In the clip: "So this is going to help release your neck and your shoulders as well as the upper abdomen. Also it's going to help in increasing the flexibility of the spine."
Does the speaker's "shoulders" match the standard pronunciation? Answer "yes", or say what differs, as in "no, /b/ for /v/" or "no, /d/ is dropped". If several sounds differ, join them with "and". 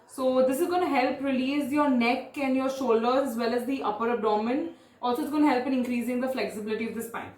no, /z/ is dropped